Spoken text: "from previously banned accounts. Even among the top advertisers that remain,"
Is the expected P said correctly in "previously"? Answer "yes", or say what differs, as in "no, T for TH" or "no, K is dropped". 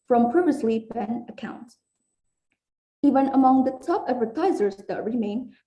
yes